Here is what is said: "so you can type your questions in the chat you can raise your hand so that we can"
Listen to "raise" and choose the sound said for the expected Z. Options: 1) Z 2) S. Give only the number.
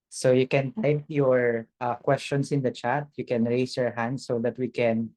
2